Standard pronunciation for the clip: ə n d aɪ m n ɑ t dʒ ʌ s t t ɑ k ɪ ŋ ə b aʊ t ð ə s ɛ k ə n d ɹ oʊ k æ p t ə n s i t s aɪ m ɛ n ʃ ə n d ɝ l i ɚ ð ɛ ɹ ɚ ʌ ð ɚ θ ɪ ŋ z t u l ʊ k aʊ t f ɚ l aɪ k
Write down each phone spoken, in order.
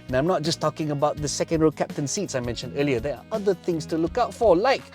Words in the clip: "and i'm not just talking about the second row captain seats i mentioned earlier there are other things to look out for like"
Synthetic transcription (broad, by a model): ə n aɪ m n ɑ t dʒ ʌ s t t ɑ k ɪ ŋ ə b aʊ t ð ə s ɛ k ə n d ɹ oʊ k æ p t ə n s i t s aɪ m ɛ n ʃ ə n d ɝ l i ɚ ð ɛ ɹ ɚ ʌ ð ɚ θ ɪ ŋ s t u l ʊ k aʊ t f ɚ l aɪ k